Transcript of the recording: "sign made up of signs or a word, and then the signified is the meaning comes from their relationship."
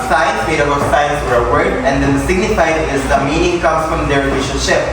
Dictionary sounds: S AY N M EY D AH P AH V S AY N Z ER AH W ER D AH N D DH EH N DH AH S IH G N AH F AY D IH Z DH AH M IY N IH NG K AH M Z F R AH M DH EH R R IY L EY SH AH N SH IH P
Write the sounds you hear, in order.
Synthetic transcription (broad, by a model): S AY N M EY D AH B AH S AY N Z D AH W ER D AH N D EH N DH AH S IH G N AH F AY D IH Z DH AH M IY N IH NG K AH M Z F R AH M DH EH R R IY L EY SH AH N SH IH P